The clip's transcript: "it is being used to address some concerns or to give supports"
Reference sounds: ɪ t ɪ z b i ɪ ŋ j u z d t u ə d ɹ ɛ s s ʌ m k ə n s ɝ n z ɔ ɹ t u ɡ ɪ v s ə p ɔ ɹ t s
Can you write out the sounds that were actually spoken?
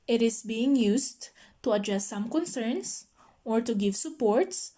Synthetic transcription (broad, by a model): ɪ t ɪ s b i ɪ ŋ j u s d t u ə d ɹ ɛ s s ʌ m k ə n s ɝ n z ɔ ɹ t u ɡ ɪ v s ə p ɔ ɹ t s